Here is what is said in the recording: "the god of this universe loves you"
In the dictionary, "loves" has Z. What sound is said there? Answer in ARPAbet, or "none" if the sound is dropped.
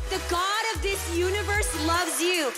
Z